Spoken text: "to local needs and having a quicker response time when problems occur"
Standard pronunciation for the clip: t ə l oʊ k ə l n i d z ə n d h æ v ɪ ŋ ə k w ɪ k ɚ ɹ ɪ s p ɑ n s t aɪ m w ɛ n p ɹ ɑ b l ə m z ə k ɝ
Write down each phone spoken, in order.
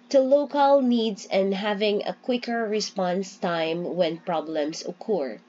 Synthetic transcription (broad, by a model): t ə l oʊ k ə l n i d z ə n d h æ v ɪ ŋ ə k w ɪ k ɚ ɹ ɪ s p ɑ n s t aɪ m w ɛ n p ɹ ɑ b l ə m s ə k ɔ